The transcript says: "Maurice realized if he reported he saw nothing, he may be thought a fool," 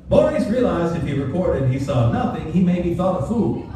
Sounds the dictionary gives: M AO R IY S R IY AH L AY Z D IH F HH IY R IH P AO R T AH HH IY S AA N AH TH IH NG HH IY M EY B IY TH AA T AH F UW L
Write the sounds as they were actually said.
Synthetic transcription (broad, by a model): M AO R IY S R IY AH L AY Z D IH F HH IY R IH P AO R T AH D IY S AA N AH TH IH NG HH IY M EY B IY TH AA T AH F UW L